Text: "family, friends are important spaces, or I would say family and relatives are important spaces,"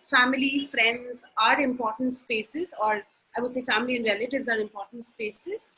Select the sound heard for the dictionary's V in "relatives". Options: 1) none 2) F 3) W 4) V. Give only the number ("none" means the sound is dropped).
4